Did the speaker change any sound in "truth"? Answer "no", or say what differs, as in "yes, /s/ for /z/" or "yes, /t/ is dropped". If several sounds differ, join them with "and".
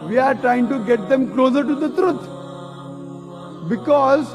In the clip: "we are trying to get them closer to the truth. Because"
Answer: yes, /t/ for /θ/